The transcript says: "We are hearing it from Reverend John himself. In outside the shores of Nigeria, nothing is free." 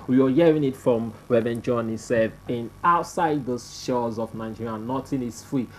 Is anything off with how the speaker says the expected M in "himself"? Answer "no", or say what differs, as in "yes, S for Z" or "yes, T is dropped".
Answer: yes, M is dropped